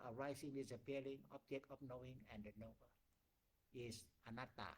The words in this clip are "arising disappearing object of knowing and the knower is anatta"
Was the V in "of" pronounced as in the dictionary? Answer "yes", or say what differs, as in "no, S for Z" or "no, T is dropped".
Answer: no, P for V